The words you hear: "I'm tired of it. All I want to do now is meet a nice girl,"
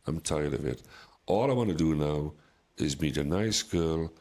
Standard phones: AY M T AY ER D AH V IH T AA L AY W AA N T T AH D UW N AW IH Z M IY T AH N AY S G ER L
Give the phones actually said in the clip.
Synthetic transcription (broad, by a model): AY M T AY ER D AH V IH T AA L AY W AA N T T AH D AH N AW IH Z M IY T AH N AY S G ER L